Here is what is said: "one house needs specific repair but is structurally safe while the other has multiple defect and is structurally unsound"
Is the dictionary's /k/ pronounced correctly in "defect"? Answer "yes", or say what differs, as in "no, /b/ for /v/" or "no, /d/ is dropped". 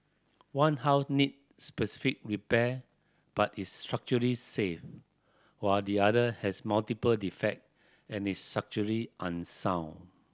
yes